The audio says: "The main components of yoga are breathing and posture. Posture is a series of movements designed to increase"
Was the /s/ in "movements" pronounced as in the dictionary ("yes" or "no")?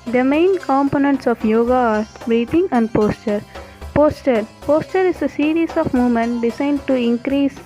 no